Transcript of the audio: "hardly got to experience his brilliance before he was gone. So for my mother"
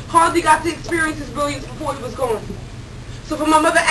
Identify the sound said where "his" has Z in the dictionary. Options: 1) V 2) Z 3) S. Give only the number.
2